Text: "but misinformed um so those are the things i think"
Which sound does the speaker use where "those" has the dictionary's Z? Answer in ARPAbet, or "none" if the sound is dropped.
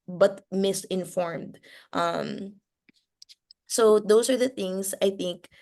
S